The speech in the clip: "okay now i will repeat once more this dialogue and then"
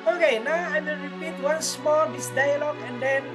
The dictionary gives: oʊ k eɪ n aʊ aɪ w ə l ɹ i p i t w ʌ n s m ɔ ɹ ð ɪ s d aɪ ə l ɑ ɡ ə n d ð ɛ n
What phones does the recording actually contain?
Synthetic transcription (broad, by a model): oʊ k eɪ n aʊ aɪ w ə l ɹ i p i t w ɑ n s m ɔ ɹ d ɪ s d aɪ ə l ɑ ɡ ə n d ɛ n